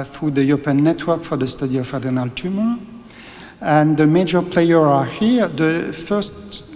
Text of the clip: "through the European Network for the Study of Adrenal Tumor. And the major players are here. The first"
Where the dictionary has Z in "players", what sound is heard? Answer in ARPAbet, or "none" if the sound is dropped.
none